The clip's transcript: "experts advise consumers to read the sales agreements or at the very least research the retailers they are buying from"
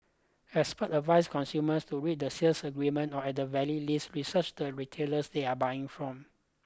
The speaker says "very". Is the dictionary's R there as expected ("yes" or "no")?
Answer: no